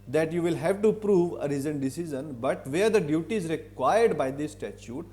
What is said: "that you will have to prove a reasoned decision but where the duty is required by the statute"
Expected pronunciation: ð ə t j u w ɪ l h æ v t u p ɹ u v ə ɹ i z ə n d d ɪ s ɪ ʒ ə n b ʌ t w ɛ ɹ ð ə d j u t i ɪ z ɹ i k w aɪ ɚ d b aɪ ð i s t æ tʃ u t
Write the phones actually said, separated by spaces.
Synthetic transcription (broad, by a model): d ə t j u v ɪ l h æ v t u p ɹ u v ə ɹ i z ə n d d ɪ s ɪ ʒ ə n b ʌ t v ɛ ɹ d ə d j u t i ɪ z ɹ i k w aɪ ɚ d b aɪ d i s t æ tʃ u t